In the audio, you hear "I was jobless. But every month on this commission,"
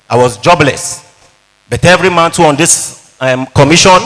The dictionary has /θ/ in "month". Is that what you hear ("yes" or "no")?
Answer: no